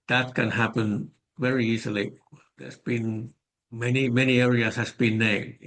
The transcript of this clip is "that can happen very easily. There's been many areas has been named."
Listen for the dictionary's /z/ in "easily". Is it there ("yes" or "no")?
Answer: no